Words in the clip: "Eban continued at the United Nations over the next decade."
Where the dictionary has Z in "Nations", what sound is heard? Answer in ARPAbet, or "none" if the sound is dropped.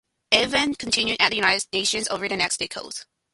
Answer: Z